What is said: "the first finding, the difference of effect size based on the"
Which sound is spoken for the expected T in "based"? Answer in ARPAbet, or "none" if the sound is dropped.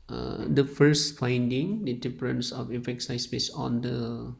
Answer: none